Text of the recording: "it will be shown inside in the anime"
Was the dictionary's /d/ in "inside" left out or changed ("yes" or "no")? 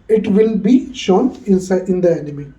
yes